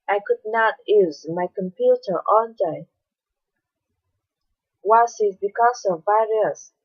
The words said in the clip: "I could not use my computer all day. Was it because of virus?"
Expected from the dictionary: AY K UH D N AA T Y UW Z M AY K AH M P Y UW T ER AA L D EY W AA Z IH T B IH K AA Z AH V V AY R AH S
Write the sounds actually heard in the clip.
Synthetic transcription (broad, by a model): AY K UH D N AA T Y UW Z M AY K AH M P Y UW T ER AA N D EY W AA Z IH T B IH K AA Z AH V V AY R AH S